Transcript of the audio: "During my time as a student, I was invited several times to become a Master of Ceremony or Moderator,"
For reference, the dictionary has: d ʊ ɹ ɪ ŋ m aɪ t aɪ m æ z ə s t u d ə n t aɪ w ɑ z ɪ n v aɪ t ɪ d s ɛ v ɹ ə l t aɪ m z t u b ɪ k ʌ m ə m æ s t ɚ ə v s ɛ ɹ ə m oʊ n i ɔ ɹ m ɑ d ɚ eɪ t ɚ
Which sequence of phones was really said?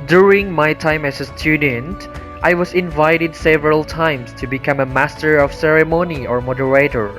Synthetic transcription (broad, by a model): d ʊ ɹ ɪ ŋ m aɪ t aɪ m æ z ə s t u d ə n t aɪ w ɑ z ɪ n v aɪ t ɪ d s ɛ v ɹ ə l t aɪ m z t u b ɪ k ʌ m ə m æ s t ɚ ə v s ɛ ɹ ə m oʊ n i ɔ ɹ m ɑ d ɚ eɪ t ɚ